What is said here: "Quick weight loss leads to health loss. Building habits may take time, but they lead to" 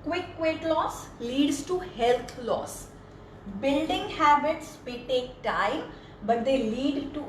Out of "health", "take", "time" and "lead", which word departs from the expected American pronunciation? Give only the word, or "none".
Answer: health